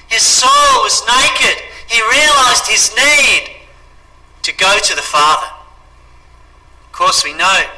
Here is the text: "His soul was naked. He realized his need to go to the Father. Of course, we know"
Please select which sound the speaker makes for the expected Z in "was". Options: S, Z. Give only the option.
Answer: Z